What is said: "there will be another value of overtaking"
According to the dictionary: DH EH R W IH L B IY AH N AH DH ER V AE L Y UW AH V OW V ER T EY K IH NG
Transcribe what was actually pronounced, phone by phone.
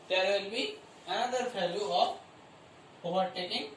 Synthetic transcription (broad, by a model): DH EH R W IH L B IY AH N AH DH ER F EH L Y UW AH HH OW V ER T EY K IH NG